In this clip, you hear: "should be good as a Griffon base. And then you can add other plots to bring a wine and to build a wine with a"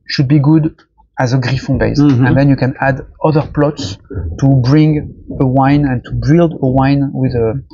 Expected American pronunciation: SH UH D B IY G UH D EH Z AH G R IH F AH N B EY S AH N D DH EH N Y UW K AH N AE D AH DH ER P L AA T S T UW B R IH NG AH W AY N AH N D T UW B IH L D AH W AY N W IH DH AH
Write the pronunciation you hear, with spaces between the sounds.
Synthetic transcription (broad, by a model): SH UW D B IY G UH D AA Z AH G R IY F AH B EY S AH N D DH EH N Y UW K AH N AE D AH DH ER P L AA T S T UW B R IH NG AH W AY N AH N T UW B IH L D AH W AY N W IH DH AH